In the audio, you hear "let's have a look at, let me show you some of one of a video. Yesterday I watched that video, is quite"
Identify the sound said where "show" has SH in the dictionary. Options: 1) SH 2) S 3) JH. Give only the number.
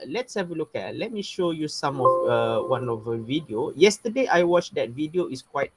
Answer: 1